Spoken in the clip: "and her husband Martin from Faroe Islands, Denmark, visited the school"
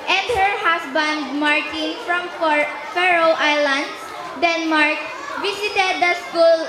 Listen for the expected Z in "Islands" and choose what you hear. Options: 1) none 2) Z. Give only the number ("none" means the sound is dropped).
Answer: 1